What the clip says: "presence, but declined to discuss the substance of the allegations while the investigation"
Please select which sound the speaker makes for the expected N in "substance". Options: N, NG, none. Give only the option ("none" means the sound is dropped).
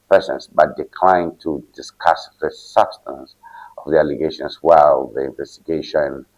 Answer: N